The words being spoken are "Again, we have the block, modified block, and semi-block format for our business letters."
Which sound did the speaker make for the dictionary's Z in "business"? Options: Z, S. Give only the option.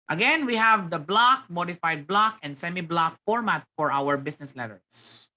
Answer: S